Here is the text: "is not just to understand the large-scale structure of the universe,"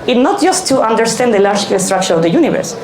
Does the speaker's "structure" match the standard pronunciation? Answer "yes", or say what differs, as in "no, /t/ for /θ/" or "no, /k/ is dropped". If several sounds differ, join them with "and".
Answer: yes